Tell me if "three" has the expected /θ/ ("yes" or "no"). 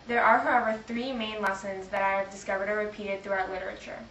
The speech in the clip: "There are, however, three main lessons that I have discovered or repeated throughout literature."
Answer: yes